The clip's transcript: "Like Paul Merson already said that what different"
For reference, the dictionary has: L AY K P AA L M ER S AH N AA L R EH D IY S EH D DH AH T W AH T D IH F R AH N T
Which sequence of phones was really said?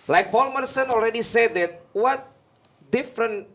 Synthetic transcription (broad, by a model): L AY K B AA L M ER S AH N AA L R EH D IY S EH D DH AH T W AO T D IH F R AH N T